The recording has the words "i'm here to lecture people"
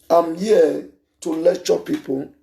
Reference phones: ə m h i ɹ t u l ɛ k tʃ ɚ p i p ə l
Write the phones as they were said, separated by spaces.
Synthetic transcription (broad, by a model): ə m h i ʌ t u l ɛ tʃ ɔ p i p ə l